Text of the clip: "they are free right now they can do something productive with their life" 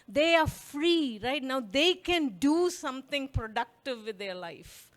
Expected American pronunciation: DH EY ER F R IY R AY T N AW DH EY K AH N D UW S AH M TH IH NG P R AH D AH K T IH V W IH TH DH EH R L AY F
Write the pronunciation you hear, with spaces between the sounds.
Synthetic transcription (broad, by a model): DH EY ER F R IY R AY T N AW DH EY K AH N D UW S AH M T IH NG P R AH D AH K T IH V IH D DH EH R L AY F